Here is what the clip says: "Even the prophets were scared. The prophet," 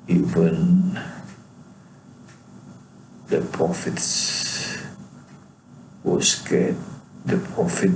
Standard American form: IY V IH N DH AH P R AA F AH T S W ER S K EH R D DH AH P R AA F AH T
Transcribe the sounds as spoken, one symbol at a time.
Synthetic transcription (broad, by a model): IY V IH N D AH P R AA F AH T S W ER S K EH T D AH P R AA F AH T